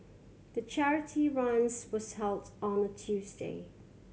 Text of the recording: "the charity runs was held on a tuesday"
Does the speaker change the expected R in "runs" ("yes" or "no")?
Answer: no